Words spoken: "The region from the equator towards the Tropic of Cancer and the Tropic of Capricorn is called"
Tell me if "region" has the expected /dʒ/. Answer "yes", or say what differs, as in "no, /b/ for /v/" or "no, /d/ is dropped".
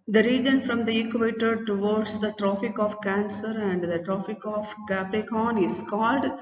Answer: yes